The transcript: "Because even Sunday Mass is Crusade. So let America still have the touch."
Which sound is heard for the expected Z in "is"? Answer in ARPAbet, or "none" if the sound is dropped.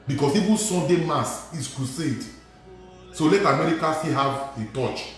S